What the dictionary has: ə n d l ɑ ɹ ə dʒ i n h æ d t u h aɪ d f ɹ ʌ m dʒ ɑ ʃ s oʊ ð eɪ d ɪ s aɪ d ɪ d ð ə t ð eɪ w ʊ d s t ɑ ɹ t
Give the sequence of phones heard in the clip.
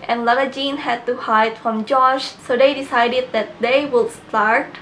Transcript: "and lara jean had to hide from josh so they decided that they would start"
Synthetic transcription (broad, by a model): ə n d l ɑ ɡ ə dʒ i n h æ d t u h aɪ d f ɹ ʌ m dʒ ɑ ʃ s oʊ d eɪ d ɪ s aɪ d ɪ d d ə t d eɪ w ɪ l s t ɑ ɹ t